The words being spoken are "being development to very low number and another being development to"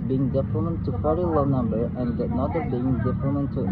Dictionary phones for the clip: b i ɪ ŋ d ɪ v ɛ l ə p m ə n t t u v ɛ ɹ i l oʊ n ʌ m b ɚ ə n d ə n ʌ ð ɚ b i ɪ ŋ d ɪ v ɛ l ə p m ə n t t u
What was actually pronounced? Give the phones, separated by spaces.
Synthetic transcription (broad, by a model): b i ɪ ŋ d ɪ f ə m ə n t t u f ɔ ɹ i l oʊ n ʌ m b ɚ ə n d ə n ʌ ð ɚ b i ɪ ŋ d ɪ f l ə m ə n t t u